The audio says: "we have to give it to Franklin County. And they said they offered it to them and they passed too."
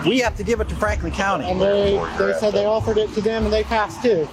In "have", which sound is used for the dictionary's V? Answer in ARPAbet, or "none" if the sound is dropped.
F